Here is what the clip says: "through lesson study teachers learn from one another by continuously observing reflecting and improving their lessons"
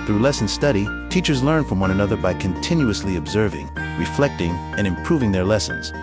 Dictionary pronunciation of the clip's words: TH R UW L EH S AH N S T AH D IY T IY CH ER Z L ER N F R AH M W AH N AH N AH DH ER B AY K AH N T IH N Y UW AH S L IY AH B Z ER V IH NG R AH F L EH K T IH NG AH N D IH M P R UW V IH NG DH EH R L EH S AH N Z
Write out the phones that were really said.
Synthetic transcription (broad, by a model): TH R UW L EH S N S T AH D IY T IY CH ER Z L ER N F R AH M W AH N AH N AH DH ER B AY K AH N T IH N Y UW AH S L IY AH B Z ER V IH NG R AH F L EH K T IH NG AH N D IH M P R UW V IH NG DH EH R L EH S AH N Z